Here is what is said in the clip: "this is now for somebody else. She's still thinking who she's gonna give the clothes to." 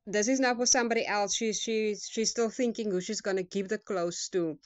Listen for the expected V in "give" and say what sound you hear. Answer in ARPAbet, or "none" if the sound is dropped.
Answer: P